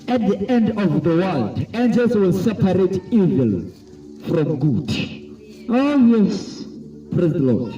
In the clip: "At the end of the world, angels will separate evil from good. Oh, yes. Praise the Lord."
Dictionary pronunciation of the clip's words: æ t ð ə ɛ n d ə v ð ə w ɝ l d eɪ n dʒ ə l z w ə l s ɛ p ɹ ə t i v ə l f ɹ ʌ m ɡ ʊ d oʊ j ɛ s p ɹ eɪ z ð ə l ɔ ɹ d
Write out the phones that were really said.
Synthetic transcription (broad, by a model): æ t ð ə ɛ n d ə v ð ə w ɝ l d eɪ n dʒ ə l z w ə l s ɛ p ɹ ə t i v ə l f ɹ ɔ m ɡ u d oʊ j ɛ s p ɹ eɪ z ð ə l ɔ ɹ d